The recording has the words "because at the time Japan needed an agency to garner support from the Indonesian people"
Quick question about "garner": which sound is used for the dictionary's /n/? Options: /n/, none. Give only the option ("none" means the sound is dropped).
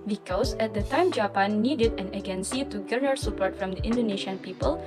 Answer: none